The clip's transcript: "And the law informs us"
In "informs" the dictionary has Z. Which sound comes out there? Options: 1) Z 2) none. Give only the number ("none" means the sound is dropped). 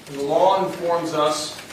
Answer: 1